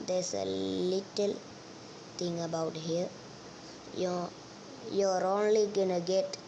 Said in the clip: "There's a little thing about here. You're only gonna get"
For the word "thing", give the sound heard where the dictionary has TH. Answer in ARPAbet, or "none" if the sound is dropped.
T